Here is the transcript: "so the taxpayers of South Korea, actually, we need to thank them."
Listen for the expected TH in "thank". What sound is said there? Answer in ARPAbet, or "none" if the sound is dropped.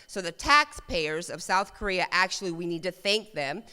TH